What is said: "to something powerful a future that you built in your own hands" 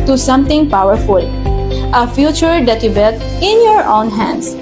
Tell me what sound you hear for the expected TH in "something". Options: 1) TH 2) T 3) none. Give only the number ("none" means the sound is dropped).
2